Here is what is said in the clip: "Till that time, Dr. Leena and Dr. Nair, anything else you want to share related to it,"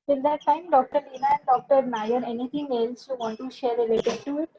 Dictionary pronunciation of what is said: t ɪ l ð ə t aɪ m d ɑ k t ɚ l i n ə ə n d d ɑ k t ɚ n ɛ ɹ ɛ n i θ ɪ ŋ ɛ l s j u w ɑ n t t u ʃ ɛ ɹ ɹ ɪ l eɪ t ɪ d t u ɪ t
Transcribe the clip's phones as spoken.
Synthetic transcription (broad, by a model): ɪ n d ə t aɪ m d ɑ k t ɚ l i n ə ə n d d ɑ k t ɚ n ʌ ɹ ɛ n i t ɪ ŋ ɛ l s j u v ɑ n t t u ʃ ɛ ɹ ɹ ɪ l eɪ t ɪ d t u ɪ t